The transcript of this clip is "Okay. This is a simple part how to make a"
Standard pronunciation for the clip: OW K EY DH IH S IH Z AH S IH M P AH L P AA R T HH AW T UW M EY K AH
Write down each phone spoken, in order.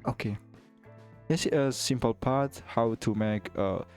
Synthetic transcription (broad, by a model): OW K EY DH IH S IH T AH S IH M P AH L P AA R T HH AW T UW M EY K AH